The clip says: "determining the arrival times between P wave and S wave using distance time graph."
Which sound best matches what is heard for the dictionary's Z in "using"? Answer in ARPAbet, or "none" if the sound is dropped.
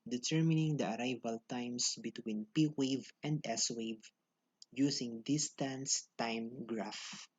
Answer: S